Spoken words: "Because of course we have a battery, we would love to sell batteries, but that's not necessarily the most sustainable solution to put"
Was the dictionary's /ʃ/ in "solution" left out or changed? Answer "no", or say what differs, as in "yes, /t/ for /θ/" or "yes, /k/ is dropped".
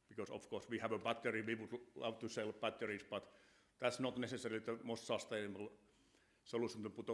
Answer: yes, /s/ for /ʃ/